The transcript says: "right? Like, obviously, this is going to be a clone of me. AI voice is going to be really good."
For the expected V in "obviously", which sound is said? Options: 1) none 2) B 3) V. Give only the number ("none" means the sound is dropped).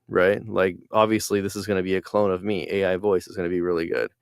3